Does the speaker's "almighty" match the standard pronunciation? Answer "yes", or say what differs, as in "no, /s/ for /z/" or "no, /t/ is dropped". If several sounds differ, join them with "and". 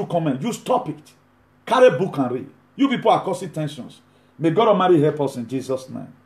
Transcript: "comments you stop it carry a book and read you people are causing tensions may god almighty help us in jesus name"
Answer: no, /l/ is dropped